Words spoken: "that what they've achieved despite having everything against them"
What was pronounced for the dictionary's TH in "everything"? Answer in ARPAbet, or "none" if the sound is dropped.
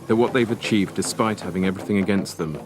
TH